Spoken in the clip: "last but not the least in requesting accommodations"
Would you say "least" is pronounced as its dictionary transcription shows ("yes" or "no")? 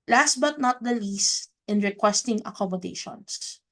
yes